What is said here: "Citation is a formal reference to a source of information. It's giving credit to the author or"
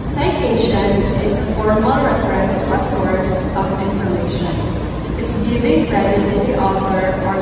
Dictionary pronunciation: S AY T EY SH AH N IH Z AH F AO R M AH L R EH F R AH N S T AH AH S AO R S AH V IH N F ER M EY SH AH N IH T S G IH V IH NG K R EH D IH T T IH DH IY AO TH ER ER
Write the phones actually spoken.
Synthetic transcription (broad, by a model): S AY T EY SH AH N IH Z AH P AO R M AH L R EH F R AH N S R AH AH S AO R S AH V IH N F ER M EY SH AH N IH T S G IH V IH NG R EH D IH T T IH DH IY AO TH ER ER